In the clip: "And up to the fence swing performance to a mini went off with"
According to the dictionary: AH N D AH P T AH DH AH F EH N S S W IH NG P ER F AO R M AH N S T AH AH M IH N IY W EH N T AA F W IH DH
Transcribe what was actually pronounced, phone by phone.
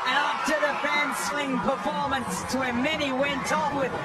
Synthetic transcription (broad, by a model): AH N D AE F T AH DH AH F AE N S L IH NG P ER F AO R M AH N S T AH AH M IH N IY W EH N T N W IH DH